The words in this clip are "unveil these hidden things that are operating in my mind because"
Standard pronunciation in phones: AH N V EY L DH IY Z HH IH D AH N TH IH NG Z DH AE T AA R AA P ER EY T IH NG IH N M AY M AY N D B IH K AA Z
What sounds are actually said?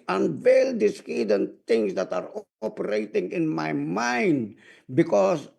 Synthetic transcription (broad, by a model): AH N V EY L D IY S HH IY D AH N T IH NG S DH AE T AA R AA P ER EY T IH NG IH N M AY M AY N D B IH K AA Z